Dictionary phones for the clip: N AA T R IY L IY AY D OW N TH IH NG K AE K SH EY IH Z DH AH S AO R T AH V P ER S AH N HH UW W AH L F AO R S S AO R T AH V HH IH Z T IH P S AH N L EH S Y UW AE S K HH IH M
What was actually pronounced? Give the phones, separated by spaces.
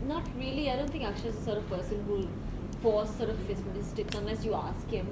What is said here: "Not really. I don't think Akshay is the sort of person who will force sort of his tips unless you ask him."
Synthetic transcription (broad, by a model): N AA T R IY L IY AY D OW N T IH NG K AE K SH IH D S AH S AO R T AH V P ER S AH N HH UW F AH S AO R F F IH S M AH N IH S T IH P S AH N L EH S Y UW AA S K HH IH M